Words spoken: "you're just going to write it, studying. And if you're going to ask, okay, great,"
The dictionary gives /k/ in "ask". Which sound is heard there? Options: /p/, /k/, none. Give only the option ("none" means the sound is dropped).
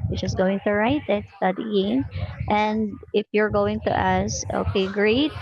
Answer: none